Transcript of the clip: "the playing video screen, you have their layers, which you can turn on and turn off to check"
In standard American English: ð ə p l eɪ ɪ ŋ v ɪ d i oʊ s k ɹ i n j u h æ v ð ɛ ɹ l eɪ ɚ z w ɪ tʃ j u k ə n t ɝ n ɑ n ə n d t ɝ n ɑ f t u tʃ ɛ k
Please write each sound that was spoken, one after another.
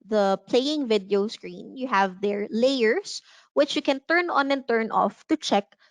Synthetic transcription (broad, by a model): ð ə p l eɪ ɪ ŋ v ɪ d i oʊ s k ɹ i n j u h æ v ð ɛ ɹ l eɪ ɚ s w ɪ tʃ j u k ə n t ɝ n ɑ n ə n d t ɝ n ɑ f t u tʃ ɛ k